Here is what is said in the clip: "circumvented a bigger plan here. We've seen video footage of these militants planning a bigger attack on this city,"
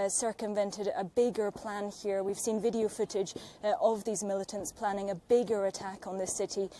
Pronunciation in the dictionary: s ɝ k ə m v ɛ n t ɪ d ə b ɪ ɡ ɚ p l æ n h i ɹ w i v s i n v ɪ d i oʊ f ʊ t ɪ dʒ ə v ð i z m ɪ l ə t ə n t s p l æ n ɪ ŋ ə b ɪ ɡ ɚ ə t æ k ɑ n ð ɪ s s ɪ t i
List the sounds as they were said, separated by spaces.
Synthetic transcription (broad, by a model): s ɝ k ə m v ɛ n t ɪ d ə b ɪ ɡ ɚ p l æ n h i ɹ w i v s i n v ɪ d i oʊ f ʊ t ɪ dʒ ə v ð i z m ɪ l ə t ə n t s p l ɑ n ɪ ŋ ə b ɪ ɡ ɚ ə t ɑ k n ð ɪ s s ɪ t i